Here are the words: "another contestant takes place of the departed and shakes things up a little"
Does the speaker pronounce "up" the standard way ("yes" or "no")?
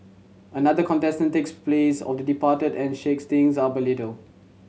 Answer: no